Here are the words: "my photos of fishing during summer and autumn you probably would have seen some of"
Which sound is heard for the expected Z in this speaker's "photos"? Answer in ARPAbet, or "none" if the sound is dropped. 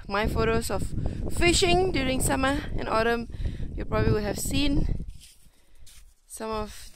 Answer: S